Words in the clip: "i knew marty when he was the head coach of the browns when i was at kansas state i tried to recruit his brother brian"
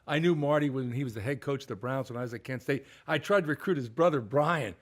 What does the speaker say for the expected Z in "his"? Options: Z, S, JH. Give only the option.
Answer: Z